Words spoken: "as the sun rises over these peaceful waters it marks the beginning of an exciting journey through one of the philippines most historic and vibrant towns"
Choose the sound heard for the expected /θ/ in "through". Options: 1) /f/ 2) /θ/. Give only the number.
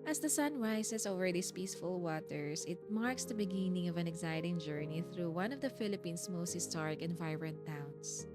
2